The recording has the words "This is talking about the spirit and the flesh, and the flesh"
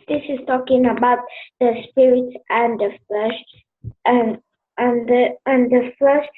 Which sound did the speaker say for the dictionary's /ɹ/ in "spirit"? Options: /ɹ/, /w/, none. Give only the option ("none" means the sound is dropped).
/ɹ/